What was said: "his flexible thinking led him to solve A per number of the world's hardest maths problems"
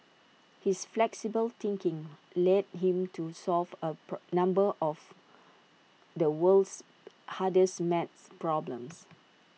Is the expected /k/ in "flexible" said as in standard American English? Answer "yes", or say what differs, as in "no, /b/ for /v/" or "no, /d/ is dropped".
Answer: yes